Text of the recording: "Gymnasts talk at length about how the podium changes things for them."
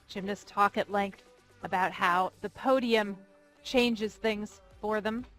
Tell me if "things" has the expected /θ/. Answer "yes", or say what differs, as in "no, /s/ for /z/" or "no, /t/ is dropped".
yes